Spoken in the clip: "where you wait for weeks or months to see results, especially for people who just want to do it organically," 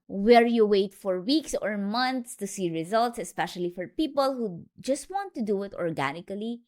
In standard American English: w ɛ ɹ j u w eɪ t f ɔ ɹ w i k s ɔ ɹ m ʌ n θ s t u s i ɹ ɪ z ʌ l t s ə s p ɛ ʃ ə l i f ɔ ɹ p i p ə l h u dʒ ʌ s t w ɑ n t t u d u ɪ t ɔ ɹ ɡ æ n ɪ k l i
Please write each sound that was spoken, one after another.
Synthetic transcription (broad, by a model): w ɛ ɹ j u w eɪ t f ɔ ɹ w i k s ɔ ɹ m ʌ n t s t u s i ɹ ɪ z ʌ l t s ə s p ɛ ʃ ə l i f ɔ ɹ p i p ə l h u dʒ ʌ s t w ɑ n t t u d u ɪ t ɔ ɹ ɡ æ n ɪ k l i